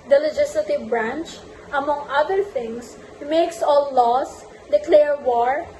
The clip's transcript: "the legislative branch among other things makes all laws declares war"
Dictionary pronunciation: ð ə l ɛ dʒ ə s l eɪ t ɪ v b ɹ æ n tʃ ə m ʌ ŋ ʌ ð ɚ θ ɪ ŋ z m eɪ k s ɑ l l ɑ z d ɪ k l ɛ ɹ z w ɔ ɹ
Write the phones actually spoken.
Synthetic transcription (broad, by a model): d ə l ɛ dʒ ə s l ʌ t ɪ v b ɹ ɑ n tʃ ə m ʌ ŋ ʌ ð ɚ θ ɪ ŋ s m eɪ k s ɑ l l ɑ s d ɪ k l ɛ ɹ w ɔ ɹ